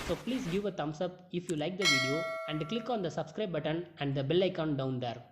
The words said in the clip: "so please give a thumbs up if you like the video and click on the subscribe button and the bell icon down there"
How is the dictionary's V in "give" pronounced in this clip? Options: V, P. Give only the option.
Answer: V